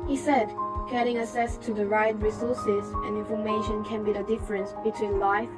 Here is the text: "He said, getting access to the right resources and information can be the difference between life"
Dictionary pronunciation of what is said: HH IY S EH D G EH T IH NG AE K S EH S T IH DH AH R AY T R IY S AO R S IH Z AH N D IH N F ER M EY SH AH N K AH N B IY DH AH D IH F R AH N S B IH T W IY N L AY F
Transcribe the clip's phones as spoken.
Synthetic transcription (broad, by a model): HH IY S EH D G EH T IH NG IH S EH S T IH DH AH R AY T R IY S AO R S IH Z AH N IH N F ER M EY SH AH N K AH N B IY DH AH D IH F R AH N S B IH T W IY N L AY F